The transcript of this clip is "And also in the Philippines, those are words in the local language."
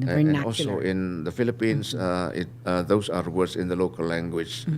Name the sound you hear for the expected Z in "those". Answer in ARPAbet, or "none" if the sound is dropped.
S